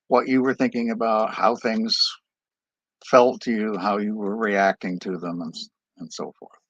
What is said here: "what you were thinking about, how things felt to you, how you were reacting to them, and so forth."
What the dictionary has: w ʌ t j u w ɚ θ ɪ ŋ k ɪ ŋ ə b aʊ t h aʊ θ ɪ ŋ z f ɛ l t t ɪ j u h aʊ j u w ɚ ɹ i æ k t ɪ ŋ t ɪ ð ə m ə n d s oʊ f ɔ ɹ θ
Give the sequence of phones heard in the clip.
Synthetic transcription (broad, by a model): w ʌ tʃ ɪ w ɚ θ ɪ ŋ k ɪ ŋ ə b aʊ t h aʊ θ ɪ ŋ z f ɛ l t t ɪ j u h aʊ j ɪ w ɚ ɹ i æ k t ɪ ŋ t ɪ ð ə m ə n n s oʊ f ɔ ɹ θ